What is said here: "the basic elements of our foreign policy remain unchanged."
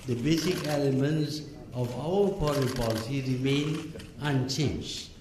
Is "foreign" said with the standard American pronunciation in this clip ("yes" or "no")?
no